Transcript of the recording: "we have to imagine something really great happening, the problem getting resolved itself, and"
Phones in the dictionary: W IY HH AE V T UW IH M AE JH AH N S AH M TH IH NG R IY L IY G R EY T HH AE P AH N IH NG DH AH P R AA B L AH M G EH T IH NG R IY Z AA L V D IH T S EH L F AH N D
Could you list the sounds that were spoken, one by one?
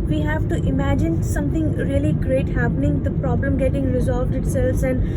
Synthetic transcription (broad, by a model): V IY HH AE V T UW IH M AE JH AH N S AH M T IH NG R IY L IY G R EY T HH AE P AH N IH NG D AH P R AA B L AH M G EH T IH NG R IY Z AA L V D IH T S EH L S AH N D